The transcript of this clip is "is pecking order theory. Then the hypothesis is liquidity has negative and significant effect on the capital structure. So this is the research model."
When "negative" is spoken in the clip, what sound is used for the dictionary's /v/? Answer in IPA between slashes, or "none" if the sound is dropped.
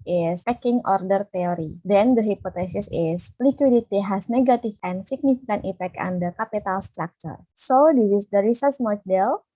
/f/